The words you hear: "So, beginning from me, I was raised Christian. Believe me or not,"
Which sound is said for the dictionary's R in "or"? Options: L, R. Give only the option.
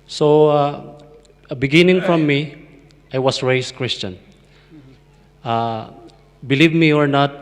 R